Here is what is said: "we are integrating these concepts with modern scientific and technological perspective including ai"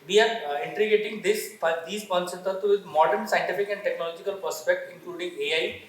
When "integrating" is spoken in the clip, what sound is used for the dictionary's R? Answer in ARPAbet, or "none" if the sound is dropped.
none